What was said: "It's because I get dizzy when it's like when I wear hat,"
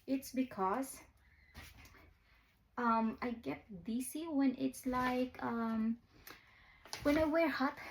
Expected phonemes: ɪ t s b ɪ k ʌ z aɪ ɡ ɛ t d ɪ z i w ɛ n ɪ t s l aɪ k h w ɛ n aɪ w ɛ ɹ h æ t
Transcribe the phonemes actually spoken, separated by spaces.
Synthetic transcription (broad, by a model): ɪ t s b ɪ k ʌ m aɪ ɡ ɛ t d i s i w ɛ n ɪ t s l aɪ k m w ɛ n aɪ w ɛ ɹ h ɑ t